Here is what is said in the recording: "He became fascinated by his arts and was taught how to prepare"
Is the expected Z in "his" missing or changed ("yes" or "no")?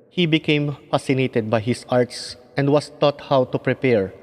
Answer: yes